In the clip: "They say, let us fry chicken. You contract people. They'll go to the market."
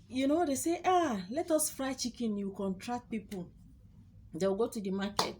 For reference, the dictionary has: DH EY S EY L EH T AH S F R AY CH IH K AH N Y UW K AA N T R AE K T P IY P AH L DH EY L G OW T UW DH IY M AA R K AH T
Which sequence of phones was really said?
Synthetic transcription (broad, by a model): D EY S EY L EH T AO S F R AY CH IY K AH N Y UW K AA N T R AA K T P IY P AH L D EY W G OW T UW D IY M AA K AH T